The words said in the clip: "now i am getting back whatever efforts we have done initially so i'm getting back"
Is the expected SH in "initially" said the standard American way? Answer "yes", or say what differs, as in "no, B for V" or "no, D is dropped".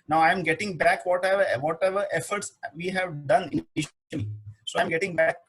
no, SH is dropped